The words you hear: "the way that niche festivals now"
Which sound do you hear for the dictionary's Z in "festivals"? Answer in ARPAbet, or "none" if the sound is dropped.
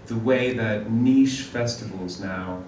Z